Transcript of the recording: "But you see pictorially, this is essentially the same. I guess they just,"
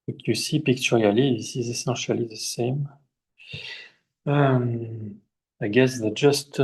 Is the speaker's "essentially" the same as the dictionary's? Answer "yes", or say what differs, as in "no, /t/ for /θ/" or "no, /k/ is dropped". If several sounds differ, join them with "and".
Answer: no, /n/ is dropped